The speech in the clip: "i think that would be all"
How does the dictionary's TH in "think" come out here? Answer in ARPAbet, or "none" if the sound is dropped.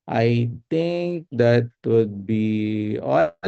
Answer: T